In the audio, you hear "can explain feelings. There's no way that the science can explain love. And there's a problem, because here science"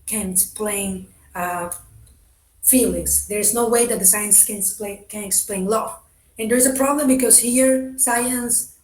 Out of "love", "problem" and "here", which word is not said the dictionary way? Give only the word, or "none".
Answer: love